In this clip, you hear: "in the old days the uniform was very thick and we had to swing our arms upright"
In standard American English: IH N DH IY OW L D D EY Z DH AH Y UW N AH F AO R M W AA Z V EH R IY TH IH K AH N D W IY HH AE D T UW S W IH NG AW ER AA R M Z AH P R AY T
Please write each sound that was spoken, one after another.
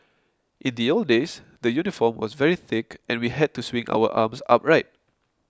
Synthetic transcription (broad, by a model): IH N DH IY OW L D D EY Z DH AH Y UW N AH F AO M W AA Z V EH R IY TH IH K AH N W IY HH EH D T UW S W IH NG AW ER AA M S AH P R AY T